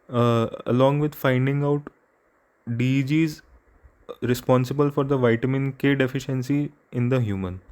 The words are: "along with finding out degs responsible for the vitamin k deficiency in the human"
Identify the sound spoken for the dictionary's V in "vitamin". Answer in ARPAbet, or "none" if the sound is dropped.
V